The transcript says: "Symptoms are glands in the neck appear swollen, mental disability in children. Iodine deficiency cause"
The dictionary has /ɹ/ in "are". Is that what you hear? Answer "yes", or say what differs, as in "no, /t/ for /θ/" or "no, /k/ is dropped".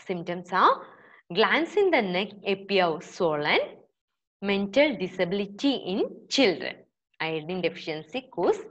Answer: no, /w/ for /ɹ/